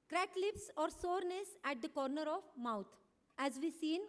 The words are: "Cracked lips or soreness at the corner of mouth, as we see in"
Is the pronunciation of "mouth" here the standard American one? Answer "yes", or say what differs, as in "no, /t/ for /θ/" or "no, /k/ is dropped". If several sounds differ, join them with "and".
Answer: no, /t/ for /θ/